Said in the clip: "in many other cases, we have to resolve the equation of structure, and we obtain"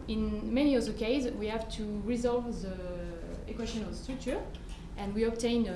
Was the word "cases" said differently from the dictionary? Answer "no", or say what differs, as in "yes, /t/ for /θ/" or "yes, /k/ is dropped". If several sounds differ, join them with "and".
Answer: yes, /s/ is dropped